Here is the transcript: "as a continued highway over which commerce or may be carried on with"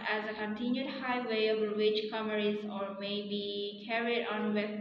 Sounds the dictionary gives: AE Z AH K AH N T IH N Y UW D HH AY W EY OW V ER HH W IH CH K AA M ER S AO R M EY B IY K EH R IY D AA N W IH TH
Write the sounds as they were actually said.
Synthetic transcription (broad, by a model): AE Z AH K AH N T IH N Y UW D HH AY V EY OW B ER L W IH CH K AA M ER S AO R M EY B IY K EH R IY D AA N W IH